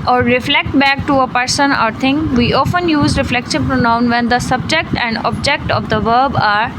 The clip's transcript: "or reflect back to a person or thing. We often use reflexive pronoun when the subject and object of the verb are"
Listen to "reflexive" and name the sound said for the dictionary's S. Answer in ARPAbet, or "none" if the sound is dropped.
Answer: SH